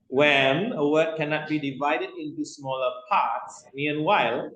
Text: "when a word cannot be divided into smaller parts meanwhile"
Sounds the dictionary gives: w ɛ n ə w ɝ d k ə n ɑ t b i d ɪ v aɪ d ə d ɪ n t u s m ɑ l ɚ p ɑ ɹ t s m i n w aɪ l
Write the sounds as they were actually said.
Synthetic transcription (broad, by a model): w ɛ n ə w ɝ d k ə n ɑ t b i d ɪ v aɪ d ə d ɪ n t u s m ɑ l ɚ p ɑ t s m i n w aɪ l